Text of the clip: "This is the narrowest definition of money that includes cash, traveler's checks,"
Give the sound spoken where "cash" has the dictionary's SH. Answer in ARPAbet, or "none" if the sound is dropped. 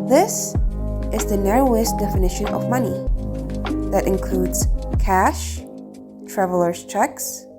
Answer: SH